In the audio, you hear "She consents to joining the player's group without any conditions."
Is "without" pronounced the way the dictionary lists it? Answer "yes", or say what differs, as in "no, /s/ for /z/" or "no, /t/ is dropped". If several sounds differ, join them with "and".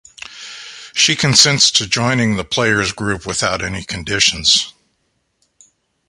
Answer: yes